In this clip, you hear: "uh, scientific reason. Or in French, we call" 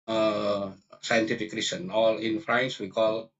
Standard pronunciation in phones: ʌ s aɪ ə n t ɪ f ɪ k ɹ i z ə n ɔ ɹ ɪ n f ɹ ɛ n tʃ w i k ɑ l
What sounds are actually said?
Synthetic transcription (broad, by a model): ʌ s aɪ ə n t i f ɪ k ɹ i s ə n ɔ l ɪ n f ɹ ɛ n s w i k ɑ l